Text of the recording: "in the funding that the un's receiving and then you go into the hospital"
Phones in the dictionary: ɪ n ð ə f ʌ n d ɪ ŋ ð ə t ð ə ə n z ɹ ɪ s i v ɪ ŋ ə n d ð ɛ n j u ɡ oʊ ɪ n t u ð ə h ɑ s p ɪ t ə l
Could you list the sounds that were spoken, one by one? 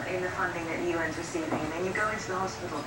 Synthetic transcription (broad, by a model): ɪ n ð ə f ʌ n d ɪ ŋ ð ə t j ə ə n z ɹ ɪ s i ɪ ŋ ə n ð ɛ n j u ɡ oʊ ɪ n t u ð ə h ɑ s p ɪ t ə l